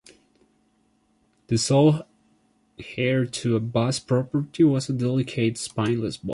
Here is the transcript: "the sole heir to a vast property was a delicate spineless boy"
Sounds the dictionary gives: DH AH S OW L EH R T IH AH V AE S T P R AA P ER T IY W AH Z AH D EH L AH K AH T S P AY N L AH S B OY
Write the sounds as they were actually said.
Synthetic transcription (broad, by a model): DH AH S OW L EH R T IH AH B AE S P R AA P ER T IY W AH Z AH D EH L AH K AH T S P AY N L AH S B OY